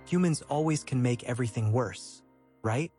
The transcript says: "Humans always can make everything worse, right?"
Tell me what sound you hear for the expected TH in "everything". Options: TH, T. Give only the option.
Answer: TH